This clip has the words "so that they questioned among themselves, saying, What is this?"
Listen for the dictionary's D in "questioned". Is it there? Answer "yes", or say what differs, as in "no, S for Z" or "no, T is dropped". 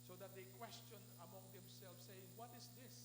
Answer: no, D is dropped